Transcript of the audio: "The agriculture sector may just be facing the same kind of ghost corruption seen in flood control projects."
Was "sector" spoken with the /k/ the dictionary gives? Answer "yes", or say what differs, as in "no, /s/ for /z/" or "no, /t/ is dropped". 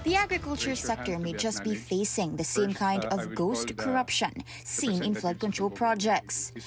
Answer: yes